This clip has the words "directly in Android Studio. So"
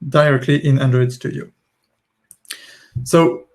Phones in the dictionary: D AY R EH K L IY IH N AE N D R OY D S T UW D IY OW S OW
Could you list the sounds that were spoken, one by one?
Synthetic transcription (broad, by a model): D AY R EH K L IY IH N AE N D R OY D S T UW D IY OW S OW